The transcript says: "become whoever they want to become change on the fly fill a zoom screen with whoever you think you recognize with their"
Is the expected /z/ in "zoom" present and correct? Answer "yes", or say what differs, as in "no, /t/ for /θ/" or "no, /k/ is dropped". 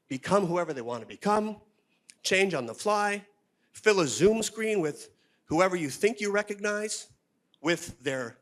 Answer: yes